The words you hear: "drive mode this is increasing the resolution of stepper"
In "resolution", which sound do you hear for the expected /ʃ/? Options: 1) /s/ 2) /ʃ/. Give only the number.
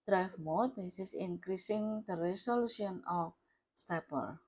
1